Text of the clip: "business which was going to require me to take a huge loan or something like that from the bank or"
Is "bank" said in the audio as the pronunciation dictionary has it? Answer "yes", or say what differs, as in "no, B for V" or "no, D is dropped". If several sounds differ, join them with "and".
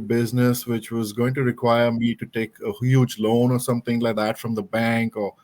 yes